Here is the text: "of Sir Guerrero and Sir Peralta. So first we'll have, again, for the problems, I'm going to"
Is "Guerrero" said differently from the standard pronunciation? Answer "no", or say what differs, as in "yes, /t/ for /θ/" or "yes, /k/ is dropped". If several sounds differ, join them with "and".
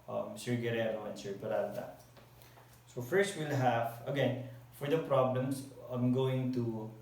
yes, /l/ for /ɹ/